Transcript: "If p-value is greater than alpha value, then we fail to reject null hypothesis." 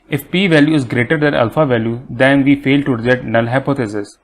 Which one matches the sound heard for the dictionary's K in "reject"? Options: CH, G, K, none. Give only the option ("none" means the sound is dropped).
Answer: none